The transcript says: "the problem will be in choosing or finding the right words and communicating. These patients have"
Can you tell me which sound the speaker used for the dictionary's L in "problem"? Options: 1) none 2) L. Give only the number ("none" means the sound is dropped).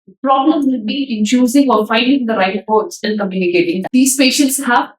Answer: 2